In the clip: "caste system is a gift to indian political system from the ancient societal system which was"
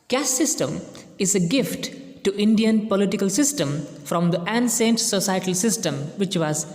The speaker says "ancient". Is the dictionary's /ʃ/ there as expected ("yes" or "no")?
no